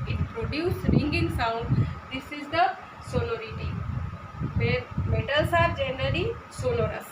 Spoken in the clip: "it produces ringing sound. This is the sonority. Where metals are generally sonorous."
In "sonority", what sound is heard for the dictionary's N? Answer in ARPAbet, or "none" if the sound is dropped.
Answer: L